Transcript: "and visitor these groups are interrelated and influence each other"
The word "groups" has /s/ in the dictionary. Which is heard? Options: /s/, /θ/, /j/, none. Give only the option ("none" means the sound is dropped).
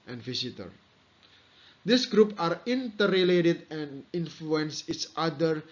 none